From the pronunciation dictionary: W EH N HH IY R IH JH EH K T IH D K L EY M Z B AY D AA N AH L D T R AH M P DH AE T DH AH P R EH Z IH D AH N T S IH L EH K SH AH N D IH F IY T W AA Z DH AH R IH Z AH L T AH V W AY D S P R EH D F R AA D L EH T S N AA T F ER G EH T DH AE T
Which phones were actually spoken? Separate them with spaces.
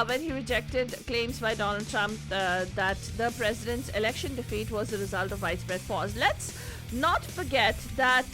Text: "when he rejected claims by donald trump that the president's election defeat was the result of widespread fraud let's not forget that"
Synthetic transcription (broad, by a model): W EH N HH IY R IH JH EH K T IH D K L EY M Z B AY D AA N AH L D T R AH M P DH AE T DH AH P R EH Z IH D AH N T S IH L EH K SH AH N D IH F IY T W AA Z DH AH R IH Z AH L T AH V AY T S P R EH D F AA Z L EH T S N AA T F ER G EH T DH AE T